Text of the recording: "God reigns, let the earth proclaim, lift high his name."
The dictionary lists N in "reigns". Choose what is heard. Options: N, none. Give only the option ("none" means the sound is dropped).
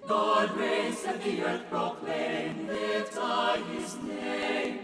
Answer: none